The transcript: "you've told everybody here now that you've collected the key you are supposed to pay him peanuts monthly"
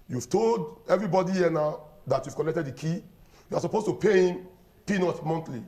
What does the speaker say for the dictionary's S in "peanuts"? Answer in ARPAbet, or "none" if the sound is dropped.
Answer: none